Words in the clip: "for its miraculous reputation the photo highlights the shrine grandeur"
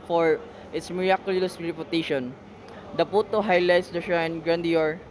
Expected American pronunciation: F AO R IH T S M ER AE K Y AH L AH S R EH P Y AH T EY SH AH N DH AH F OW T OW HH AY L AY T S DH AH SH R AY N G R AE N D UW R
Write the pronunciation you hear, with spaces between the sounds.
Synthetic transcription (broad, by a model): F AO R IH T S M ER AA K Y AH L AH S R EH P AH T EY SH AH N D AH P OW T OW HH AY L AY T S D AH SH AY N G R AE N D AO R